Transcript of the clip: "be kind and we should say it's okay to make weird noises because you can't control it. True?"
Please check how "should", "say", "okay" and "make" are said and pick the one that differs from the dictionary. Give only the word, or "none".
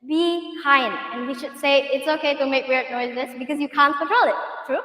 none